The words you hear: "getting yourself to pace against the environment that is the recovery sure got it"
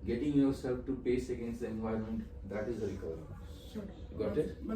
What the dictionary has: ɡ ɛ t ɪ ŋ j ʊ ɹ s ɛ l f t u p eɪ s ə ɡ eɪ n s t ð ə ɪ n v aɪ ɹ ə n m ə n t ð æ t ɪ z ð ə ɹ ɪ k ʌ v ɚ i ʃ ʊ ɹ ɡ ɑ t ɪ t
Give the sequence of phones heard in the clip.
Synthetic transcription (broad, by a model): ɡ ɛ t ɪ ŋ j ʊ ɹ s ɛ l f t u p eɪ s ə ɡ eɪ n s t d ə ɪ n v aɪ ə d m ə n t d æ t ɪ z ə ɹ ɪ k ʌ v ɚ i ɹ ɡ ɑ t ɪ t